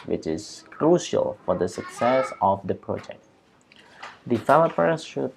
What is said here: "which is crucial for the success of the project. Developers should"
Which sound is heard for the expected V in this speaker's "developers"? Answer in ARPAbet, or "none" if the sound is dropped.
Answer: F